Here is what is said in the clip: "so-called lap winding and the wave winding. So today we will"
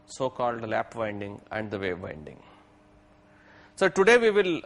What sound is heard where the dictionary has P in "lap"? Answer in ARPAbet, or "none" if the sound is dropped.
P